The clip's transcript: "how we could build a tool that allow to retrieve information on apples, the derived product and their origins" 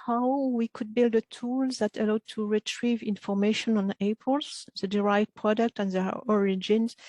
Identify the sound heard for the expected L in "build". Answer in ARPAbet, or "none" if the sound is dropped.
L